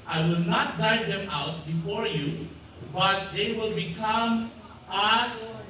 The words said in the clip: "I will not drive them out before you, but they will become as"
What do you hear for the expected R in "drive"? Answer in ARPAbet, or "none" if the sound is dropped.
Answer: none